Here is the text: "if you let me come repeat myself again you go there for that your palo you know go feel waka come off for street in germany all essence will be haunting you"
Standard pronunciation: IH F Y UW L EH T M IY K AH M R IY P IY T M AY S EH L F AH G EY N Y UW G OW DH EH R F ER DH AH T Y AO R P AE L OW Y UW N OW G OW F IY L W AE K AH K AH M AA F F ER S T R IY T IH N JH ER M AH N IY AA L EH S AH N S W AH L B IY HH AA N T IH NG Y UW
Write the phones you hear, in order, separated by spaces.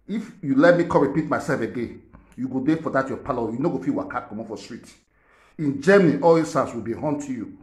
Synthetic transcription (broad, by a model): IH F Y UW L EH T M IY K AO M R IY P IY T M AY S EH L F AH G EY Y UW G OW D EH F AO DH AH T Y AO P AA L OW Y UW N OW G OW F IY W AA K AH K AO M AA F F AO S T R IY T IH N JH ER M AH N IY AA L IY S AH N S W AH L B IY HH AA N T Y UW